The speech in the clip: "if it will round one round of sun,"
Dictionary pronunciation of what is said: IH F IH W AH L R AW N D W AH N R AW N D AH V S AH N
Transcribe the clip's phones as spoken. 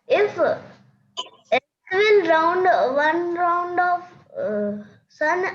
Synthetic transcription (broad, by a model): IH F IH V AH N R AW N D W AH N R AW N D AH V S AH N